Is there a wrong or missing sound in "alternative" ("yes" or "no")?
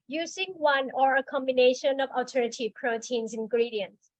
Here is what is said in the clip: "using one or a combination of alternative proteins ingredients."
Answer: yes